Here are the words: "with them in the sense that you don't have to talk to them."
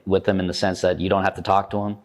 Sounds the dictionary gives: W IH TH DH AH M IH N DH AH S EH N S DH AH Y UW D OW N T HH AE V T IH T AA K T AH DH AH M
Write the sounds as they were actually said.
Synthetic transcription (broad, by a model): W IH DH AH M IH N DH AH S EH N S DH AH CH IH D OW N T HH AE F T IH T AA K T AH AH M